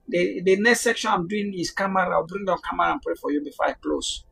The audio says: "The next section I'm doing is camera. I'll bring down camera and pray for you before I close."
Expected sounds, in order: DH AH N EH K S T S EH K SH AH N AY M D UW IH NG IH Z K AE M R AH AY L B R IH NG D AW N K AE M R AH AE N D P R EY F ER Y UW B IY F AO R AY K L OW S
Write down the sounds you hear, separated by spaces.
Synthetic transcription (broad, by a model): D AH N EH K S T S EH K SH AH N AY M D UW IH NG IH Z K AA M R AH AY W B R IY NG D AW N K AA M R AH N P R EY F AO Y UW B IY F AO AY K L OW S